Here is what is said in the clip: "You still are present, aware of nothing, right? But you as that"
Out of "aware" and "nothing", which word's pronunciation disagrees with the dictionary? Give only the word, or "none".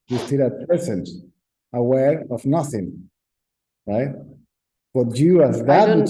none